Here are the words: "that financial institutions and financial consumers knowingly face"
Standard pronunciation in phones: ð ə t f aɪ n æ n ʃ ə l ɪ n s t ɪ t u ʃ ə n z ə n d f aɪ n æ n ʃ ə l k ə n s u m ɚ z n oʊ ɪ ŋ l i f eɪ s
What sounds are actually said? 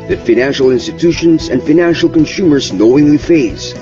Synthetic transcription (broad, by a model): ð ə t f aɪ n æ n ʃ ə l ɪ n s t ɪ t u ʃ ə n z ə n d f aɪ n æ n ʃ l k ə n s u m ɚ z n oʊ ɪ ŋ l i f eɪ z